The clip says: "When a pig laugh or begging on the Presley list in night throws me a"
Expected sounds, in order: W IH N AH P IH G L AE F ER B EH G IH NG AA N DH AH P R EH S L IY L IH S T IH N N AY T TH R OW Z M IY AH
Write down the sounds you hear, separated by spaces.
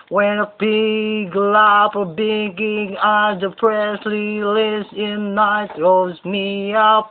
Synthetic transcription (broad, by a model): W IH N AH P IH G L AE P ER B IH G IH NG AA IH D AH P R EH S L IY L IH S IH N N AY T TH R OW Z M IY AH